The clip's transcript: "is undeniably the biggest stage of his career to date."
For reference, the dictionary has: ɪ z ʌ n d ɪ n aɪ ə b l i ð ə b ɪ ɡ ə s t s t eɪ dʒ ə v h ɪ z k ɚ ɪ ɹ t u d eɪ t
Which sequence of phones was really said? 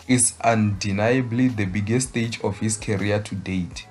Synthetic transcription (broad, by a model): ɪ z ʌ n d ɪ n aɪ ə b l i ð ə b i ɡ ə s s t eɪ dʒ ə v h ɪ s k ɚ ɹ t u d eɪ t